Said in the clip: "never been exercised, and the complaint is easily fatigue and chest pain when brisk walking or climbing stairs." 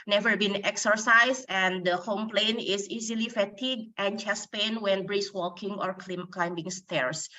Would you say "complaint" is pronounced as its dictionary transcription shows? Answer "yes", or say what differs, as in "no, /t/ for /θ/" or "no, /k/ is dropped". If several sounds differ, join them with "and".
no, /t/ is dropped